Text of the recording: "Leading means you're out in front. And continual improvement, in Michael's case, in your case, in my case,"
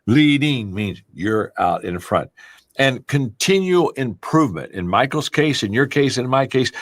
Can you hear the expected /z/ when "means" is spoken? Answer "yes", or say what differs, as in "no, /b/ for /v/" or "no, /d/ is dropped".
yes